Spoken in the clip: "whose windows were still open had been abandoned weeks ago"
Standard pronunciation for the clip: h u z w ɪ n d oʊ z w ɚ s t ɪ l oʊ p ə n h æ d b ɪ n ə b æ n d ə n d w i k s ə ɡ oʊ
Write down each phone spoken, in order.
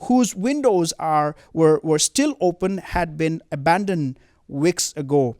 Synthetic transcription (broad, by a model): h u z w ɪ n d oʊ z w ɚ s t ɪ l oʊ p ə n h æ d b ɪ n ə b æ n d ə n d w i k s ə ɡ oʊ